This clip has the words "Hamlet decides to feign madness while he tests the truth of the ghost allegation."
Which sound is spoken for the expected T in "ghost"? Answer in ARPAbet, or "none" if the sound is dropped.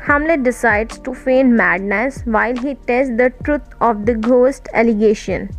T